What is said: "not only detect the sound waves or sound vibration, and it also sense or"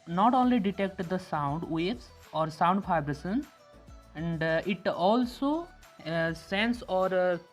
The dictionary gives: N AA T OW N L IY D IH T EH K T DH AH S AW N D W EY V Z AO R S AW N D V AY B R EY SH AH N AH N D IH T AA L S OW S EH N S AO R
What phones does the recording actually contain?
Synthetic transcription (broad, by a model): N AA T OW N L IY D IH T EH K T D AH S AW N D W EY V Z AO R S AW N D F AY B R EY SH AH N AH N D IH T AA L S OW S EH N S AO R